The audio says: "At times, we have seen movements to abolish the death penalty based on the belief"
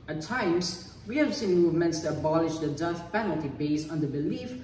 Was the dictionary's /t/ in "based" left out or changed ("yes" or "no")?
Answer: yes